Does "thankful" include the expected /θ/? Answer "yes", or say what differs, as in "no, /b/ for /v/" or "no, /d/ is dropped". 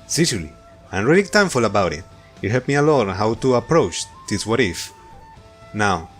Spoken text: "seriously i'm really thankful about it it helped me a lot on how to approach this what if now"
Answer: no, /t/ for /θ/